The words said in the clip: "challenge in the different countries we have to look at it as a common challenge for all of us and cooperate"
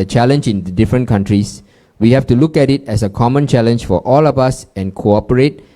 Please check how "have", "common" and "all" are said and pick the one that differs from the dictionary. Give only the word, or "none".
have